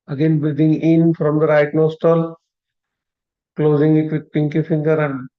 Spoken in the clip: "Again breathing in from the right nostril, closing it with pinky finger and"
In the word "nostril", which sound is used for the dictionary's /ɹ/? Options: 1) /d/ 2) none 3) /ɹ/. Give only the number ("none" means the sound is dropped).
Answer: 2